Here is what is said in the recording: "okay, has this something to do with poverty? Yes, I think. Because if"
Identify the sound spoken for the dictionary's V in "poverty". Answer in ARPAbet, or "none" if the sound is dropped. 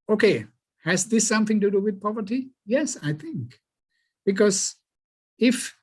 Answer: V